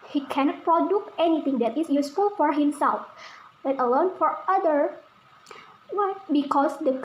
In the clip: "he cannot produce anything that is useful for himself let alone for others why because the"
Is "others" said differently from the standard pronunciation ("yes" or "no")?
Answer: yes